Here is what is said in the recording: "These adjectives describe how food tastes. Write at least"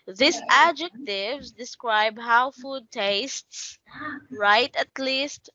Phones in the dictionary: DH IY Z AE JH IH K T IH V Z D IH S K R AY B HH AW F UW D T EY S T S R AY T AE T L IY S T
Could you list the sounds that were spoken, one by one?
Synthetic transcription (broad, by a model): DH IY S AE JH IH K T IH V Z D IH S K R AY B HH AW F UW D T EY S T S R AY T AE T L IY S T